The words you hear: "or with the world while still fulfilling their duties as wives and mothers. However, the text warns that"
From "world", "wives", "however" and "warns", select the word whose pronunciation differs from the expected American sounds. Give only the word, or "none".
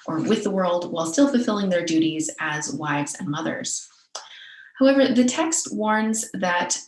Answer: none